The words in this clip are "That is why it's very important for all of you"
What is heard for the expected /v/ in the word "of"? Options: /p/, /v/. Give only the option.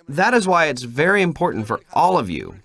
/v/